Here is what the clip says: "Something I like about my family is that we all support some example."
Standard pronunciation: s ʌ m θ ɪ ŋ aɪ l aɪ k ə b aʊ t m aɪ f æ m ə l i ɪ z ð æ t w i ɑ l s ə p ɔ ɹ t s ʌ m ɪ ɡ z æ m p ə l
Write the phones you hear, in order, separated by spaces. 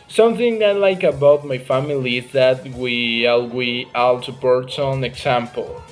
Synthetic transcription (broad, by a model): s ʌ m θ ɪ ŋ aɪ l aɪ k ə b aʊ t m aɪ f æ m ə l i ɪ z ð æ t w i ɑ l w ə ɑ l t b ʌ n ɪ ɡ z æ m p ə l